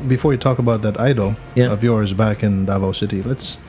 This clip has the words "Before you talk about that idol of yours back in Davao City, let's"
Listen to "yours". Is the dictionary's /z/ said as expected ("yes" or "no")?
yes